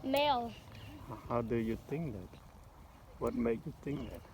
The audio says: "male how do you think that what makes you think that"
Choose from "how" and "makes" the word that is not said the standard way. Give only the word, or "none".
makes